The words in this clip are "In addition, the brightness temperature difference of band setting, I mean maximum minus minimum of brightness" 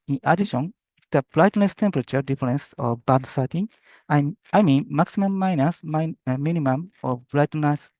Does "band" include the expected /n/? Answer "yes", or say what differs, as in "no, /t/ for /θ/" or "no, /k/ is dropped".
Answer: no, /n/ is dropped